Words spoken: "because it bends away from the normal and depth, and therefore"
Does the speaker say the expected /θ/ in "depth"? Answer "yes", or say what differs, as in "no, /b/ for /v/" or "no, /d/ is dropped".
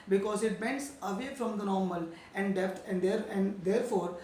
no, /t/ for /θ/